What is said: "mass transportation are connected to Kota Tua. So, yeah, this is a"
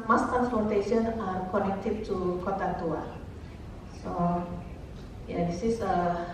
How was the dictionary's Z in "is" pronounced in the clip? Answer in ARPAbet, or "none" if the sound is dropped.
S